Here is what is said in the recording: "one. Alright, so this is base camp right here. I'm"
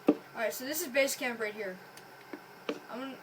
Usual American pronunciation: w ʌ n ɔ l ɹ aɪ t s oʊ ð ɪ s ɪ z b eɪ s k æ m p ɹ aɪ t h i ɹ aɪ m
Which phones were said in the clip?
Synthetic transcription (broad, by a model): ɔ ɹ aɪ t s oʊ ð ɪ s ɪ z b eɪ s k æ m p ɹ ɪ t h i ɹ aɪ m